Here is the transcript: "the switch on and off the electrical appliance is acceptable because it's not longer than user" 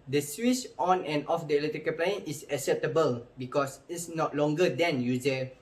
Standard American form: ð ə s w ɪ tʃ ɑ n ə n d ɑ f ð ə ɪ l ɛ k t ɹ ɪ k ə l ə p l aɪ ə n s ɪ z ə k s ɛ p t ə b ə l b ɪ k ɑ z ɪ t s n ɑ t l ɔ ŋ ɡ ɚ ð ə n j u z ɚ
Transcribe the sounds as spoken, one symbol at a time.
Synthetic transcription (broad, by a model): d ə s w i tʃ ɑ n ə n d ɑ f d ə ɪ l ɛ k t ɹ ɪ k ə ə p l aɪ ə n ɪ s ə k s ɛ p t ə b ə l b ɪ k ɑ s ɪ t s n ɑ t l ɔ ŋ ɡ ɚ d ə n j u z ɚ